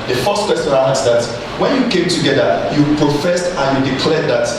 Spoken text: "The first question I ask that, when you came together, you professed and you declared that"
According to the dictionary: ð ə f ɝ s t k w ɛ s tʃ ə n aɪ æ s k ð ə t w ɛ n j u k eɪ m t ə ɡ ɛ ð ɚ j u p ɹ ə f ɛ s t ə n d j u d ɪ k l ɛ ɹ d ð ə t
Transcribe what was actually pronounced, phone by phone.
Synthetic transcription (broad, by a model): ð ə f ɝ s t k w ɛ s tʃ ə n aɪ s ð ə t w ɛ n j u k eɪ m t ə ɡ ɛ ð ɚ j u p ɹ ə f ɛ s t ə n j u d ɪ k l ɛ d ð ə t